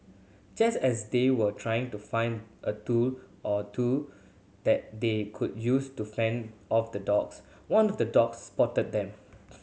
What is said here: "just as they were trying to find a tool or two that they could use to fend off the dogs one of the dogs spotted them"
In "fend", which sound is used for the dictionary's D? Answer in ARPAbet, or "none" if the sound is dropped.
D